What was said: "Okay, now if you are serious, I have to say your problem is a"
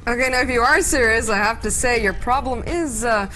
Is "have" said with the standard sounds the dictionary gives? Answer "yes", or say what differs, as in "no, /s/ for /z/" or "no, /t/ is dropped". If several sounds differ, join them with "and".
no, /f/ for /v/